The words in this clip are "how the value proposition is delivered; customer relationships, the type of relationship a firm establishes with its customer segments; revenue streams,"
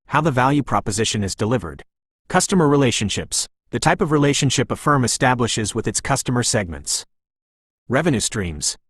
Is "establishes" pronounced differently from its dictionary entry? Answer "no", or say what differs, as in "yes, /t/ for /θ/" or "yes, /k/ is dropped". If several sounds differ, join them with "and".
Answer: no